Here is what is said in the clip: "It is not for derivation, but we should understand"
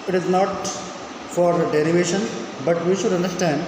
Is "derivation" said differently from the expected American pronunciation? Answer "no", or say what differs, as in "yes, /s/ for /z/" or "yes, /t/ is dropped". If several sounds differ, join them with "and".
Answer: no